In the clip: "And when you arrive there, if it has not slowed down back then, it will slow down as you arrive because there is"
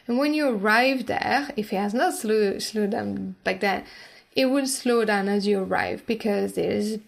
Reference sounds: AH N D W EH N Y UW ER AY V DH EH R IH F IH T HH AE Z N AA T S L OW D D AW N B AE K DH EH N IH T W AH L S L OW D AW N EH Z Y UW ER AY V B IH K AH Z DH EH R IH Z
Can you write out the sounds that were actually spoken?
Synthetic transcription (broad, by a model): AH N W EH N Y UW ER AY V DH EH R IH F IH T HH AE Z N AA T S L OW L D AW N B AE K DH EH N IH T W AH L S L OW D AW N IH Z Y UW ER AY V B IH K AH Z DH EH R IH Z